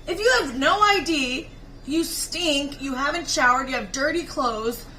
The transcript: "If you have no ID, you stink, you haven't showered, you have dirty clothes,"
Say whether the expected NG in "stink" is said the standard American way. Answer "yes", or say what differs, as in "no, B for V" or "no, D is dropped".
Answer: yes